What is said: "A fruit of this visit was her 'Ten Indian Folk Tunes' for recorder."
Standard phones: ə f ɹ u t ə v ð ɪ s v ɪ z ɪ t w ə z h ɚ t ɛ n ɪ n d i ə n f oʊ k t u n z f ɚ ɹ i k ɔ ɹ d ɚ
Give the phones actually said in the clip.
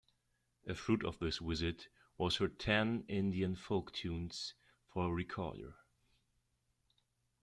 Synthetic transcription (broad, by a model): ə f ɹ u t ə v ð ɪ s w ɪ z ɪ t w ə z h ɚ t ɛ n ɪ n d i ə n f oʊ k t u n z f ɚ ɹ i k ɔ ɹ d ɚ